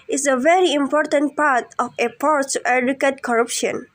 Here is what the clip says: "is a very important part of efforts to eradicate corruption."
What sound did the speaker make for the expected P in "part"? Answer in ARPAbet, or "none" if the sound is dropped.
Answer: P